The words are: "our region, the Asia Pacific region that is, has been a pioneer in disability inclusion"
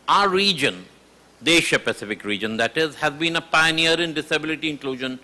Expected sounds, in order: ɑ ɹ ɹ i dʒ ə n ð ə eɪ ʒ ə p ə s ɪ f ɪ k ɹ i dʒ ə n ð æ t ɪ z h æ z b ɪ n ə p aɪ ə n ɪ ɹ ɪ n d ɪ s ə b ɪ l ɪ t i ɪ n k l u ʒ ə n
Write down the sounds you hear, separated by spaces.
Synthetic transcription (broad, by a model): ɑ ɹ ɹ i dʒ ə n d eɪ ʃ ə p ə s ɪ f ɪ k ɹ i dʒ ə n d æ t ɪ z h æ z b ɪ n ə p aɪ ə n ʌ ɹ ɪ n d ɪ s ə b ɪ l ɪ t i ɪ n k l u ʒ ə n